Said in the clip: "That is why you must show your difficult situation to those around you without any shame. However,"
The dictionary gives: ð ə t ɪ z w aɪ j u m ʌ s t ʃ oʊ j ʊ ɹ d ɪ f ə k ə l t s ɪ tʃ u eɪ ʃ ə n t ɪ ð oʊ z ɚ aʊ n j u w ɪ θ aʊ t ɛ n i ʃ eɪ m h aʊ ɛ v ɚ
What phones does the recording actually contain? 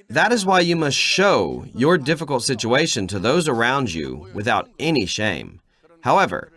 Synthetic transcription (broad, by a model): ð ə t ɪ z w aɪ j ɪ m ʌ s t ʃ oʊ j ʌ ɹ d ɪ f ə k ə l t s ɪ tʃ u eɪ ʃ ə n t ɪ ð oʊ z ɚ aʊ n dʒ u w ɪ θ aʊ t ɛ n i ʃ eɪ m h aʊ ɛ v ɚ